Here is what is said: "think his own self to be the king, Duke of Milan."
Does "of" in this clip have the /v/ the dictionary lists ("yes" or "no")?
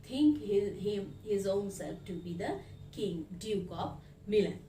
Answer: no